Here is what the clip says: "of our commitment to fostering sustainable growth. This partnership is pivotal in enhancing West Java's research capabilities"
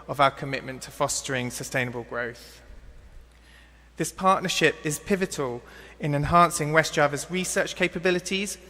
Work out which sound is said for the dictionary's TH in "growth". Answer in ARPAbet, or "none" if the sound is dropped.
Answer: TH